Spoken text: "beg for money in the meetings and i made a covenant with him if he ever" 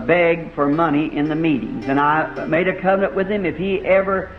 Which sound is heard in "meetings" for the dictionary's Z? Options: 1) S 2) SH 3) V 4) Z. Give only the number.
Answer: 4